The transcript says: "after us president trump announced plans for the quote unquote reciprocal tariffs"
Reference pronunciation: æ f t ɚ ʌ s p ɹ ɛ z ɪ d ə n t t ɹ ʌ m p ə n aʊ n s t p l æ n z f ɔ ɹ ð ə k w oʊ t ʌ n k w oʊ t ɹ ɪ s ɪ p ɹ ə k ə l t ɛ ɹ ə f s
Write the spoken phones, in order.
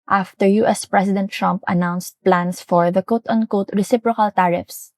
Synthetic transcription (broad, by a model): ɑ f t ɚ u s p ɹ ɛ s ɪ d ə n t t ɹ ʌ m p ə n aʊ n s t p l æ n s f ɔ ɹ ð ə k oʊ t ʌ n k oʊ t ɹ ɪ s ɪ p ɹ ə k ə l t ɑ ɹ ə f s